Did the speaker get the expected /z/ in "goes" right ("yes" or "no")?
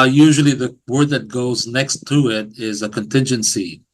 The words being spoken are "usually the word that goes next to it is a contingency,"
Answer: yes